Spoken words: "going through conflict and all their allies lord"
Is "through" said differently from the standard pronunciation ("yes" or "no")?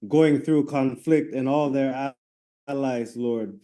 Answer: no